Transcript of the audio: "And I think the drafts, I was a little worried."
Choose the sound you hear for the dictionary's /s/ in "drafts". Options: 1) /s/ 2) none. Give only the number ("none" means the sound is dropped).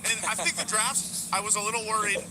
2